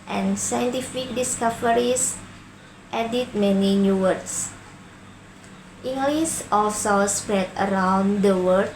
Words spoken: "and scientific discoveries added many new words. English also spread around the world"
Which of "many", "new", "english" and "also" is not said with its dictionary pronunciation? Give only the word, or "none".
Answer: english